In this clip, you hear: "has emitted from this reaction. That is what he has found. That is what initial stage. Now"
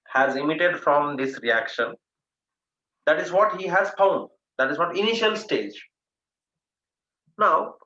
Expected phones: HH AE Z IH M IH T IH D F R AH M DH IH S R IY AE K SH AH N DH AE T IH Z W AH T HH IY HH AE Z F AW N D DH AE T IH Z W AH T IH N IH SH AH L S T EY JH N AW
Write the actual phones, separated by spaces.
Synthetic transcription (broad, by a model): HH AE Z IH M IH T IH D F R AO M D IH S R IY AE K SH AH N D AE T IH Z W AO T HH IY HH AE Z F AW N D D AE T IH Z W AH T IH N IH SH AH L S T EY JH N AW